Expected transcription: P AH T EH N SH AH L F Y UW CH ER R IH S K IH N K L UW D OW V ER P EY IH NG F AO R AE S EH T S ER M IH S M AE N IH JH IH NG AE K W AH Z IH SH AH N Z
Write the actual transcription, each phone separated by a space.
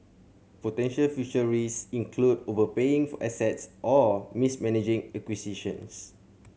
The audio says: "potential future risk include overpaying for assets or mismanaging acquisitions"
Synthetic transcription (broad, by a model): P AH T EH N SH AH L F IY SH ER R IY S IH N K L UW D OW V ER P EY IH NG F AO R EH S EH T S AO M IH S M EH N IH JH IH NG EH K W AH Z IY SH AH N S